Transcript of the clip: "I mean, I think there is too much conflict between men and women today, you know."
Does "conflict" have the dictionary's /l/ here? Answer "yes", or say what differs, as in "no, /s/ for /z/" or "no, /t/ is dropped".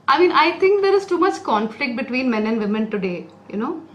yes